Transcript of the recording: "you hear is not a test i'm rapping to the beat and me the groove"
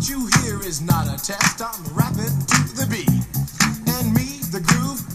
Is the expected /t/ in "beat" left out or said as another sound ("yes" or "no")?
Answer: yes